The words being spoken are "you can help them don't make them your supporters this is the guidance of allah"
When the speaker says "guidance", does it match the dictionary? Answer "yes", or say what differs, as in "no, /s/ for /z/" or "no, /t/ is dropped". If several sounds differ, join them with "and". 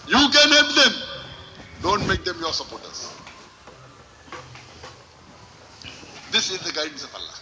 no, /n/ is dropped